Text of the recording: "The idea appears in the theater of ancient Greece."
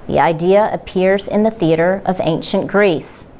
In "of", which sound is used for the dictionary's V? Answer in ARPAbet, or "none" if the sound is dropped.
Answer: V